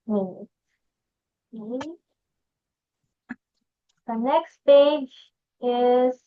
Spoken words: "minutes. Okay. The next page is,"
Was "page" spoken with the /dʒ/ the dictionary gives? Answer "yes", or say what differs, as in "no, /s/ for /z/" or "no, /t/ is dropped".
yes